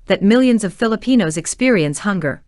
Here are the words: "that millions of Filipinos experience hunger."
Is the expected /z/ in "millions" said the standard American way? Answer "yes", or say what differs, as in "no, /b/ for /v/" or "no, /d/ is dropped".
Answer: yes